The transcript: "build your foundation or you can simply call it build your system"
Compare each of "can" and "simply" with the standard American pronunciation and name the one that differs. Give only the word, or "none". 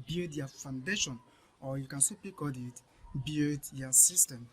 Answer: simply